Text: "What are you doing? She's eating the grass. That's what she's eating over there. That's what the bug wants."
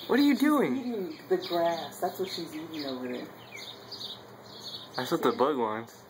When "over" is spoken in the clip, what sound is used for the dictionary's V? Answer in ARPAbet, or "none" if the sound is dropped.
W